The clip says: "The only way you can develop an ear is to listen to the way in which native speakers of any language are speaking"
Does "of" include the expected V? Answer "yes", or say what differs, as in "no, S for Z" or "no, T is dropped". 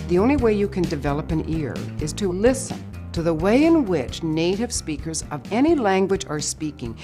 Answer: yes